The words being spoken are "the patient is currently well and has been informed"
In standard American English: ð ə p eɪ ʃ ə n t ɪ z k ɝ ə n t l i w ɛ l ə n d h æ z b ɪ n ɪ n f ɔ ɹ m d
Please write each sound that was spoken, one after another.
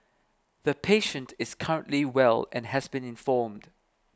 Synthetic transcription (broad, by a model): ð ə p eɪ ʃ ə n t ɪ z k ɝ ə n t l i w ɛ l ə n h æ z b ɪ n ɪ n f ɔ m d